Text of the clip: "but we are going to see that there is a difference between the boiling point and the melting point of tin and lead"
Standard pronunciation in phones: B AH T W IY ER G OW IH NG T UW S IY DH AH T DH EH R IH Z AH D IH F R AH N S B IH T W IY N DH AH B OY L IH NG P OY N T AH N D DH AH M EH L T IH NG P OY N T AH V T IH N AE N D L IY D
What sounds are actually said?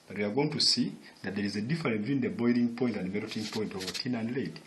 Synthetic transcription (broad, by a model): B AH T W IY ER G OW IH NG T UW S IY DH AH T DH EH R IH Z AH D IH F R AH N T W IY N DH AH B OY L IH NG P OY N T AH N D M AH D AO T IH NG P OY N T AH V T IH N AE N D L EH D